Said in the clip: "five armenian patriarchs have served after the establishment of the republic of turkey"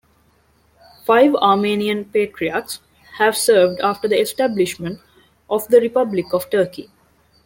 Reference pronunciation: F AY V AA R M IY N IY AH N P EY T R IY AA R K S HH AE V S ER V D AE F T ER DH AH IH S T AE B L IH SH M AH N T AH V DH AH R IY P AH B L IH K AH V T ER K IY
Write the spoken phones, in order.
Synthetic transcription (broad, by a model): F AY V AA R M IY N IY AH N P EY T R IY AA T S HH AE V S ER V D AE F T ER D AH IH S T AE B L IH SH M AH N T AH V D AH R IY P AH B L IH K AH V T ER K IY